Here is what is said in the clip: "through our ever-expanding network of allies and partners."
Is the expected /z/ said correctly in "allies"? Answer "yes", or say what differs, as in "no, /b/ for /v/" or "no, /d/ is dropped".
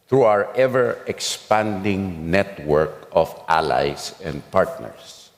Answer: no, /s/ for /z/